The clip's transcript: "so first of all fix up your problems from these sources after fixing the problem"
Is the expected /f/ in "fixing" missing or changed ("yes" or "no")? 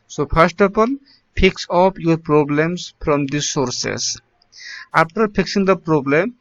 yes